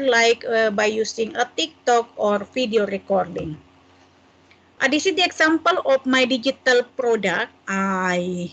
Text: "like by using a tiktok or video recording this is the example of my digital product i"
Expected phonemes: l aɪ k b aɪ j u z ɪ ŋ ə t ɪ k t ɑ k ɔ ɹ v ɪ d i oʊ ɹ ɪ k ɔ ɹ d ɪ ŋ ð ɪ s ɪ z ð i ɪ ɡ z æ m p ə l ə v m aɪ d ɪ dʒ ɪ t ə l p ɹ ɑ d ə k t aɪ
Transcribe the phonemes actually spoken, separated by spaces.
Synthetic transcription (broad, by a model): l aɪ k b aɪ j u s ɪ ŋ ə t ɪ k t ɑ k ɔ ɹ f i d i oʊ ɹ ɪ k ɔ ɹ d ɪ ŋ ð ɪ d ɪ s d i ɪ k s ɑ m p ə l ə f m aɪ d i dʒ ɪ t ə l p ɹ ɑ d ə k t aɪ